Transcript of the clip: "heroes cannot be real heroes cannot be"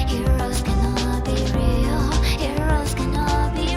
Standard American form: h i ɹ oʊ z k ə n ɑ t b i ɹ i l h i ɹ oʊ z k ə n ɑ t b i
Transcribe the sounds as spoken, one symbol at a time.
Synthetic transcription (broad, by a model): h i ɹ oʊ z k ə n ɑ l b i ɹ i l h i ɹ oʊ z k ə n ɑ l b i